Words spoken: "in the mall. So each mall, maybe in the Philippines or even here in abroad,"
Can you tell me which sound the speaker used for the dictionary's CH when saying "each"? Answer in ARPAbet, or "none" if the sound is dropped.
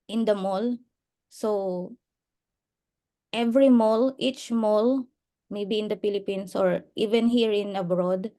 CH